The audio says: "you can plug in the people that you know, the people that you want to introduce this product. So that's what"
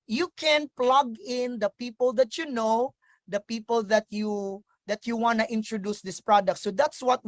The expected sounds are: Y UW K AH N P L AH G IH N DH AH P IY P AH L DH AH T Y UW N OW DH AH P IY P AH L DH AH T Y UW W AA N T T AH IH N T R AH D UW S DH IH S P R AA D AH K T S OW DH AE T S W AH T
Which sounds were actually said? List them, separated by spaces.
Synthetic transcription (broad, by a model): Y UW K AH N P L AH G IH N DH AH P IY P AH L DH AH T Y UW N OW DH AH P IY P AH L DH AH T Y UW W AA N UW T IH N T R AH D UW S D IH S P R AA D AH K T S OW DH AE T S W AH T